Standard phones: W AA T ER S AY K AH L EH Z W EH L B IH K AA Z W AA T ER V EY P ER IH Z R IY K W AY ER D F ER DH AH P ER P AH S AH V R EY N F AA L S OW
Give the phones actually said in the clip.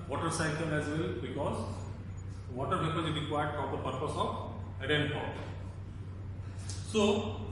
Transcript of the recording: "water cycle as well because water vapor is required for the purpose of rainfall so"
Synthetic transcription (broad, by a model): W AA T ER S AY K AH L EH Z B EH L B IH K AA Z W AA T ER P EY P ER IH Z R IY K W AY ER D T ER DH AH P ER P AH S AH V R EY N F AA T S OW